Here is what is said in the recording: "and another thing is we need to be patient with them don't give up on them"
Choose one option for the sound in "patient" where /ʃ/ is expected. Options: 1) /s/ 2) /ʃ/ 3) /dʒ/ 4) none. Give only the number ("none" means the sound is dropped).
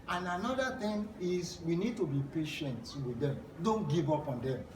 2